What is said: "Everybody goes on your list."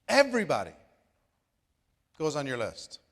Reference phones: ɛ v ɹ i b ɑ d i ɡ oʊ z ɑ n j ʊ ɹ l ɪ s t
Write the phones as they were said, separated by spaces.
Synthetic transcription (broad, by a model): ɛ v ɹ i b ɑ d i ɡ oʊ z n j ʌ ɹ l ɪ s t